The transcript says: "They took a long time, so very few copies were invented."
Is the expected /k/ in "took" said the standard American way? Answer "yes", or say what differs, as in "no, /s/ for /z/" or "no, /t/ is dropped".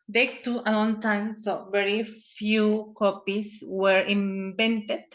no, /k/ is dropped